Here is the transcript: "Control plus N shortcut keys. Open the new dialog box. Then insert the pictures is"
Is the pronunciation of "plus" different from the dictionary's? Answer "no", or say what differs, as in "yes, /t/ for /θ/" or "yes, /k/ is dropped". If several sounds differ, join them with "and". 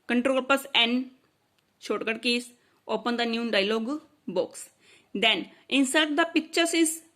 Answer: yes, /l/ is dropped